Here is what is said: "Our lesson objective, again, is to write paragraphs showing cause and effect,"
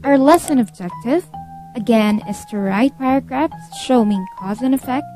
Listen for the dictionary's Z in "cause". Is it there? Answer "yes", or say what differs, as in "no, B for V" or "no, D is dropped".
yes